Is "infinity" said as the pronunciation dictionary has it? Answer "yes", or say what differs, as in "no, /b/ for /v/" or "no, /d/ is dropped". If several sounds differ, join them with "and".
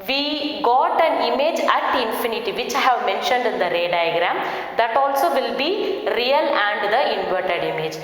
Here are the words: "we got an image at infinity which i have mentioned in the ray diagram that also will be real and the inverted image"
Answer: yes